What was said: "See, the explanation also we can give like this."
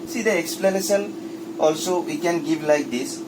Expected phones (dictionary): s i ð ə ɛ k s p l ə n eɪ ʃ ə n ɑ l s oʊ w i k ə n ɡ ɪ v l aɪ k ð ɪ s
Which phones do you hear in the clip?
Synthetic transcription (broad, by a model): s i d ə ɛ k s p l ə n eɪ s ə l ɑ l s oʊ w i k ə n ɡ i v l aɪ k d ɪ s